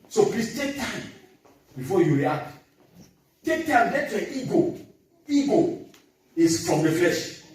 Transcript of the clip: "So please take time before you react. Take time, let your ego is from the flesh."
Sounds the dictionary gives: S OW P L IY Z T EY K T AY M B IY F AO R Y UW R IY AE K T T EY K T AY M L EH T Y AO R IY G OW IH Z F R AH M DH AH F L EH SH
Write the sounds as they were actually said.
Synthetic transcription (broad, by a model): S OW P L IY S T EY K T AY M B IY F AO Y UW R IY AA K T T EY K T AY M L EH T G AO IY G OW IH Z F R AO M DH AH F L EH SH